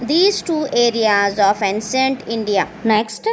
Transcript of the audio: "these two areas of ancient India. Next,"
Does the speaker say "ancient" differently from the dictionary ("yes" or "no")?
yes